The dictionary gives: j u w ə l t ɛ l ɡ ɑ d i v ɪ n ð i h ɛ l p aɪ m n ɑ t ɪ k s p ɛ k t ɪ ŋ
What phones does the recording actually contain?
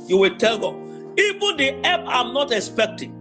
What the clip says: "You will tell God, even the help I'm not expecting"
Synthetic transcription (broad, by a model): j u w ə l t ɛ l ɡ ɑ i v ɪ n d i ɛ p aɪ m n ɑ t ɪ k s p ɛ k t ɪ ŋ